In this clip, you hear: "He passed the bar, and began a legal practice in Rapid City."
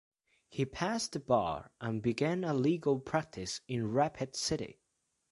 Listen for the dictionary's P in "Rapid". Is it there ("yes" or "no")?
yes